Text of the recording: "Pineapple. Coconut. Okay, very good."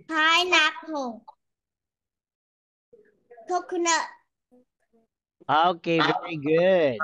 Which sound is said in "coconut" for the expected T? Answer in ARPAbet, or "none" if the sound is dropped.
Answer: none